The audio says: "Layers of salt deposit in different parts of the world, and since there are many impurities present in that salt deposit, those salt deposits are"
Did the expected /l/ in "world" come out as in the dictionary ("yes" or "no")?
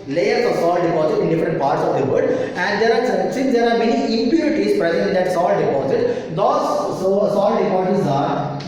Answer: no